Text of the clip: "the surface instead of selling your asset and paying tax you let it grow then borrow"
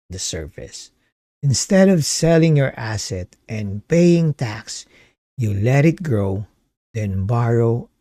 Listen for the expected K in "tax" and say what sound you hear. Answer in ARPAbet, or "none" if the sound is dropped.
K